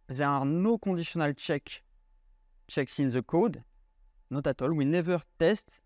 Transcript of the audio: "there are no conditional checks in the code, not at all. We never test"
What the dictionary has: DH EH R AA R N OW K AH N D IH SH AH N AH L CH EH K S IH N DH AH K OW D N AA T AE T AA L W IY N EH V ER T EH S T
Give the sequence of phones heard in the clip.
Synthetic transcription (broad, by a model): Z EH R AA R N OW K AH D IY S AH N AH L CH EH K S IH N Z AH K OW D N AA T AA T AA L W IY N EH V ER T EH S T